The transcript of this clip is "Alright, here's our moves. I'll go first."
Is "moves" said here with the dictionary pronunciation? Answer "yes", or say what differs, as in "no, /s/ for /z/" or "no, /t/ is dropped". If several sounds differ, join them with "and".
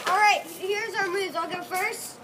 no, /v/ is dropped